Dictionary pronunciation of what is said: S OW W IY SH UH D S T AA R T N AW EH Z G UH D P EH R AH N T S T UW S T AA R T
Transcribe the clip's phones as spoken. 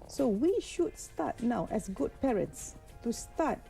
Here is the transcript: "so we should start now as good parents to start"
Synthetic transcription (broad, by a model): S OW W IY SH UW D S T AA T N AW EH S G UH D P EH R AH N T S T UW S T AA T